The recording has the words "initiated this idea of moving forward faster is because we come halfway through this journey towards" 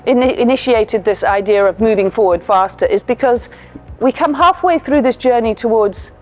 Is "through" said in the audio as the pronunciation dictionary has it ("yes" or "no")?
yes